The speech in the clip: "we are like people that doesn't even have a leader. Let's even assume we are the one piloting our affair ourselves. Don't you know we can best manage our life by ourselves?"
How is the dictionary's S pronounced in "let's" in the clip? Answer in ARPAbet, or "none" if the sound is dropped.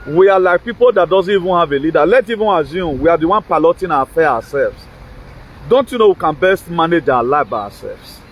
none